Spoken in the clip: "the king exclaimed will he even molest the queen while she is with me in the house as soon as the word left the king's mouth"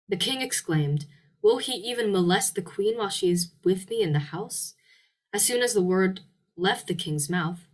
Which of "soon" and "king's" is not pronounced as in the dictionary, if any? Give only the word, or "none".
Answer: none